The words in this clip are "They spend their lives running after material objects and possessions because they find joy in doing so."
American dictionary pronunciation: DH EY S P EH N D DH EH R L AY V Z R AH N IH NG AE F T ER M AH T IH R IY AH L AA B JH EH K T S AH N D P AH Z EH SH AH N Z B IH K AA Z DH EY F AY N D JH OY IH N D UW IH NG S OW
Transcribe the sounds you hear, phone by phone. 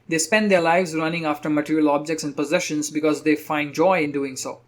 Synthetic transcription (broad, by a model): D EY S P EH N D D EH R L AY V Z R AH N IH NG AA F T ER M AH T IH R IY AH L AA B JH EH K T S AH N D P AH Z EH SH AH N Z B IH K AA Z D EY F AY N D JH OY IH N D UW IH NG S OW